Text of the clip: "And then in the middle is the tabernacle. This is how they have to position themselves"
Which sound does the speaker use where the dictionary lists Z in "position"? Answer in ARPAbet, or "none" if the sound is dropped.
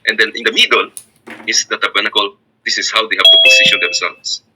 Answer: S